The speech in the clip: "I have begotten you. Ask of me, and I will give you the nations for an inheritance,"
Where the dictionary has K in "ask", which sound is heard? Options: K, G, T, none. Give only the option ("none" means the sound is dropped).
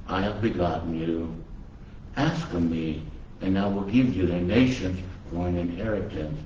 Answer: K